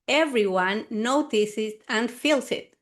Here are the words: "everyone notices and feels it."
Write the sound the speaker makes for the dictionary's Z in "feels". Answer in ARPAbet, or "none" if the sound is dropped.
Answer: S